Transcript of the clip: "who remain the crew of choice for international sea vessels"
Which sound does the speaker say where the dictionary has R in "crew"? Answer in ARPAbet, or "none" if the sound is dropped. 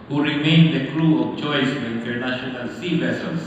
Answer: L